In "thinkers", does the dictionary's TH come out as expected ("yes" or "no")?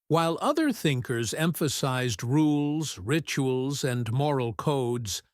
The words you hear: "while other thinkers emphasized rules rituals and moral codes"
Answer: yes